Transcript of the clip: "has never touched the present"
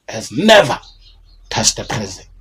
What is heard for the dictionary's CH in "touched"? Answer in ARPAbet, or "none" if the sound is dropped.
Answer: S